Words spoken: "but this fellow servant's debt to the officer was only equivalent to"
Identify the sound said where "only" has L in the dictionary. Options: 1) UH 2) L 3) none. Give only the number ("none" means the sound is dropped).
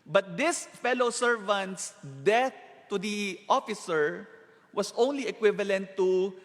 2